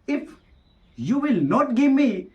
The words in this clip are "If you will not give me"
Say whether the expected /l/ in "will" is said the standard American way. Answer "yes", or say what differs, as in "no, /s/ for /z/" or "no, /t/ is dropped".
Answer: yes